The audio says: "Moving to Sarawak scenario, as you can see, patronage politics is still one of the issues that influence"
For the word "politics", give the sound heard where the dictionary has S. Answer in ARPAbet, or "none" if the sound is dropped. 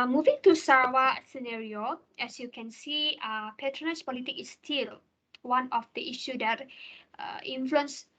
none